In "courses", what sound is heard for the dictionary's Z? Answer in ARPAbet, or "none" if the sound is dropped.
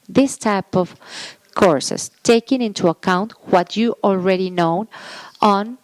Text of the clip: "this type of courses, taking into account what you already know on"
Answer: S